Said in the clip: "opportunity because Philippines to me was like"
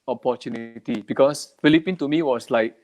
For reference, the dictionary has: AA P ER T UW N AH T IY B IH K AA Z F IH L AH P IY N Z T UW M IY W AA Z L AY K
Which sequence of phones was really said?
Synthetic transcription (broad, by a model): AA P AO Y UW N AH T IY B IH K AA S F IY L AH P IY N T UW M IY W AA S L AY K